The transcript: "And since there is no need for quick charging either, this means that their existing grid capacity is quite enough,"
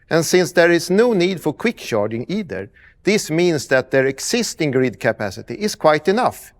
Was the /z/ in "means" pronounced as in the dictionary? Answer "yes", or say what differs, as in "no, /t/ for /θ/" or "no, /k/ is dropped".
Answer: no, /s/ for /z/